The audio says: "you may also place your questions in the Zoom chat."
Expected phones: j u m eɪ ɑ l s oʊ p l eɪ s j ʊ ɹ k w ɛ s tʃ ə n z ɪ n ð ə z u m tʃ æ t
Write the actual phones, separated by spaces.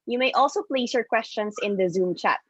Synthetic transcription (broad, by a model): j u m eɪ ɑ l s oʊ p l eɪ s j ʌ ɹ k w ɛ s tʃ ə n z ɪ n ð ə z u m tʃ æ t